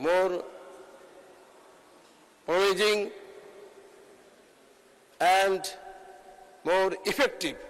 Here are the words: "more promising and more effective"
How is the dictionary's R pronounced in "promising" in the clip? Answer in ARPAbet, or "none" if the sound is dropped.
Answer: none